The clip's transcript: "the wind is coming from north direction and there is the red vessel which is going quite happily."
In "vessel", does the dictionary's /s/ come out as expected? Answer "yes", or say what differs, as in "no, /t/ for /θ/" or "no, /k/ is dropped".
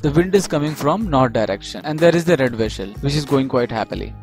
no, /ʃ/ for /s/